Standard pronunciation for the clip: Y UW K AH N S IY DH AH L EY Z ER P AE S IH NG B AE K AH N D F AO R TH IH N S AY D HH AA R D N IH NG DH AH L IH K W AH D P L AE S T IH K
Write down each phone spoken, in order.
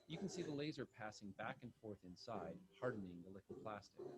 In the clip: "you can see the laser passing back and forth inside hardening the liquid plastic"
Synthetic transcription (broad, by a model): Y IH K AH N S IY DH AH L EY Z ER P AE S IH NG B AE K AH N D F AO R TH IH N S AY D HH AA R D N IH NG DH AH L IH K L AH P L AE S T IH K